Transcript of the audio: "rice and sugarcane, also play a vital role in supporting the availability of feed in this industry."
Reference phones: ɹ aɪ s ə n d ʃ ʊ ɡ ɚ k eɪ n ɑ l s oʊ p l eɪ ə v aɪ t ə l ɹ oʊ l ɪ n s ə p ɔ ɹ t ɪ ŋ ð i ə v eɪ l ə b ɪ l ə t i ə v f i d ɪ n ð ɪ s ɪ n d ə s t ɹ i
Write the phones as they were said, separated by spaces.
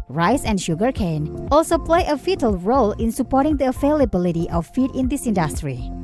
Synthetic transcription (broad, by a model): ɹ aɪ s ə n ʃ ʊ ɡ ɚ k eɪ n ɑ l s oʊ p l eɪ ə f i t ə l ɹ oʊ l ɪ n s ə p ɔ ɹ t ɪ ŋ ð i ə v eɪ l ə b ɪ l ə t i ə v f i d ɪ n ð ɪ s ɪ n d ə s t ɹ i